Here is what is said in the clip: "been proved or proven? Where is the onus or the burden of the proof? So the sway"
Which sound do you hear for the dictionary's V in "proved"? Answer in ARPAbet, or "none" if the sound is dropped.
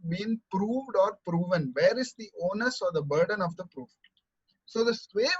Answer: V